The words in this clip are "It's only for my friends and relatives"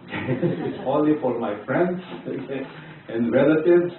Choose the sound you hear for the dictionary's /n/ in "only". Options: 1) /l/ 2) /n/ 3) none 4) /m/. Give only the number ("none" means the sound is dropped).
3